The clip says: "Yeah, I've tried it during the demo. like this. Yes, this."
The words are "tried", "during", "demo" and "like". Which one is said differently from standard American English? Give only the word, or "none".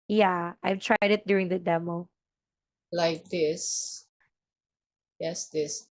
none